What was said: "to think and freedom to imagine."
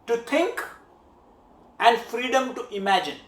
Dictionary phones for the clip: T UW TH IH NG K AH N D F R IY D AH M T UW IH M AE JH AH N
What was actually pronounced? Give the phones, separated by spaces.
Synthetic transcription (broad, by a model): T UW T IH NG K AH N D F R IY D AH M T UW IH M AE JH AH N